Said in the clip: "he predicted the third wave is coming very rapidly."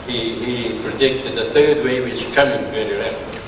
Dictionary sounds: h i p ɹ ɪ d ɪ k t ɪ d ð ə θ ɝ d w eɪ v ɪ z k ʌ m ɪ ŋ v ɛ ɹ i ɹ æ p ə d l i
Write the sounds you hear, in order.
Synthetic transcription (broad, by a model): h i p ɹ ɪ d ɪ k t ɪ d ð ə θ ɝ d w eɪ w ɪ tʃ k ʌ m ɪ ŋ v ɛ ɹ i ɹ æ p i